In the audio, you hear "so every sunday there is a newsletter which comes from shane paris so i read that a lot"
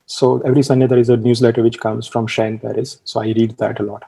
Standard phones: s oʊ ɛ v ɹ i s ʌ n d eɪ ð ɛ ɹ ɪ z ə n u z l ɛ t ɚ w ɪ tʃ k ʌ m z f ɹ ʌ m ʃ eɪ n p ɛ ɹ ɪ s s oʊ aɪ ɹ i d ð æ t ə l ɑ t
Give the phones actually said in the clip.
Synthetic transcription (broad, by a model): s oʊ ɛ v ɹ i s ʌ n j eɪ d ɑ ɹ ɪ z ə n u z l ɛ t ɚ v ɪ tʃ k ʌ m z f ɹ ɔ m ʃ eɪ n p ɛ ɹ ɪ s s oʊ aɪ ɹ i d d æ t ə l ɑ t